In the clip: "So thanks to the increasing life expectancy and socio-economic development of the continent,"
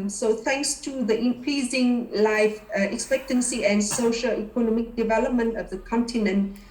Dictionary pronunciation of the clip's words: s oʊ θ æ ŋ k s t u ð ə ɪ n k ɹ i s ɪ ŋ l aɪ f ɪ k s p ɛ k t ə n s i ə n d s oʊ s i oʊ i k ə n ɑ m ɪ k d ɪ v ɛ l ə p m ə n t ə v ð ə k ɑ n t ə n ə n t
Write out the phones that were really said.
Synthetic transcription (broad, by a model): s oʊ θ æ ŋ k s t u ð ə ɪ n k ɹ i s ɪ ŋ l aɪ f ɪ k s p ɛ k t ə n s i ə n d s oʊ ʃ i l i k ə n ɑ m ɪ k d ɪ v ɛ l ə p m ə n t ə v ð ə k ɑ n t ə n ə n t